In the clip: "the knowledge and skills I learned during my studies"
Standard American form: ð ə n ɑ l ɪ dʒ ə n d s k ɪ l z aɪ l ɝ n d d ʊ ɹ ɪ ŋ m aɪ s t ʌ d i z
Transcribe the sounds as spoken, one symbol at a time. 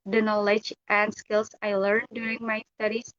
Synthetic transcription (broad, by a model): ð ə n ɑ l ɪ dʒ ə n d s k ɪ l s aɪ l ɝ n d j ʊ ɹ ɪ ŋ m aɪ s t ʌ d i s